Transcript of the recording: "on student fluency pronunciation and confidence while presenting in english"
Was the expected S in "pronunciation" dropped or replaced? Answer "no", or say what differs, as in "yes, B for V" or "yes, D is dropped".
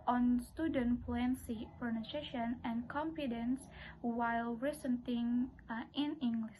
yes, S is dropped